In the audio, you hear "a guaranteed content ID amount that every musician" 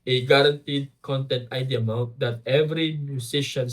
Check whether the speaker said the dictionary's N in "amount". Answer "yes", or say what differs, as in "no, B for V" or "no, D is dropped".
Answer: no, N is dropped